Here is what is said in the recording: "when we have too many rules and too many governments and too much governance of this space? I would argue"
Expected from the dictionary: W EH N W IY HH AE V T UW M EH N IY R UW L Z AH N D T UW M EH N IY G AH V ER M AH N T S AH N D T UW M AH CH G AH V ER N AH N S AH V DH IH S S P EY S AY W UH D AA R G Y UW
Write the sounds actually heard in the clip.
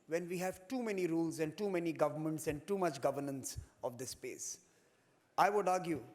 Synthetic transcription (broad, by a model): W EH N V IY HH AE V T UW M EH N IY R UW L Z AH N D T UW M EH N IY G AH V ER M AH N T S AH N D T UW M AH CH G AH V ER N AH N S AH V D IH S S P EY S AY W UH D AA R G Y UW